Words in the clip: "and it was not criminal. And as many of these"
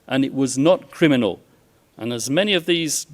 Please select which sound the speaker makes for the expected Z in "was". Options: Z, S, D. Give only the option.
Z